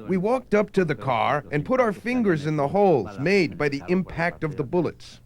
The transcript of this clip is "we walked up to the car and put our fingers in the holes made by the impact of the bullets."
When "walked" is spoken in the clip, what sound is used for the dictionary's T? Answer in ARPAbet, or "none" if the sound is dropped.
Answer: T